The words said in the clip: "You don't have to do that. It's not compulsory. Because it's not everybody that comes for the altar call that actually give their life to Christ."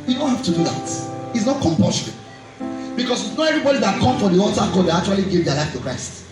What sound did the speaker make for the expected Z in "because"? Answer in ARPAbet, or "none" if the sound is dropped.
S